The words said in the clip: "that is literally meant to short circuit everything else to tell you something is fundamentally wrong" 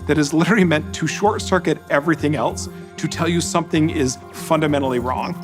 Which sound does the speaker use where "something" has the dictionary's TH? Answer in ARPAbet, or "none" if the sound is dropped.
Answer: TH